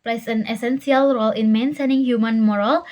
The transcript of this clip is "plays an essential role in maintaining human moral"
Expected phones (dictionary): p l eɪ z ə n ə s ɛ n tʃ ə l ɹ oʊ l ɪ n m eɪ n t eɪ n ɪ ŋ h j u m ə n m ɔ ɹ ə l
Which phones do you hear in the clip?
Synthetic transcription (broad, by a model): p l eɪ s ə n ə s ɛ n s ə l ɹ oʊ l ɪ n m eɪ n s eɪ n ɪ ŋ h j u m ə n m ɔ ɹ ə l